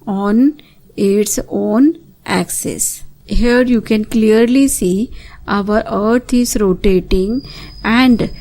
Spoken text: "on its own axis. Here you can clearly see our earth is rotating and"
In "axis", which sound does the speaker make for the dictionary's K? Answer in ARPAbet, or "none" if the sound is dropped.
K